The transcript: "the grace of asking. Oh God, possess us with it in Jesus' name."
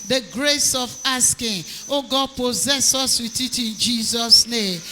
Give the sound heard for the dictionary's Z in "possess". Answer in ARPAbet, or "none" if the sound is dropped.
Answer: Z